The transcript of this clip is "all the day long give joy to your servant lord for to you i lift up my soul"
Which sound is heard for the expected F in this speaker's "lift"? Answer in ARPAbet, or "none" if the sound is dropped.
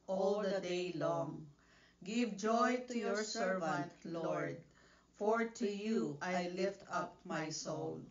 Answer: F